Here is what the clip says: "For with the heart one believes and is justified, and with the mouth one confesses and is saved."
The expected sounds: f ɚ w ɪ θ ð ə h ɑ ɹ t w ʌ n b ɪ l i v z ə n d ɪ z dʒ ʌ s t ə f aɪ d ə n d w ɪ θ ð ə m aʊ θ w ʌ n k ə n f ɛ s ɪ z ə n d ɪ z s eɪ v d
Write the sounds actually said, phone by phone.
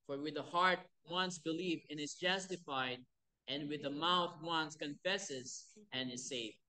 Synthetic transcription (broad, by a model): f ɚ w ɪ ð ə h ɑ ɹ t w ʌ n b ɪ l i v ə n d ɪ z dʒ ʌ s t ə f aɪ d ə n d w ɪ ð ə m aʊ θ w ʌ n k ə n f ɛ s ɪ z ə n ɪ z s eɪ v